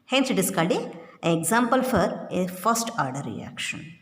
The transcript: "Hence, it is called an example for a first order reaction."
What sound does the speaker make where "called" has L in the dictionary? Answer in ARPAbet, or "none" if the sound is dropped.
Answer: none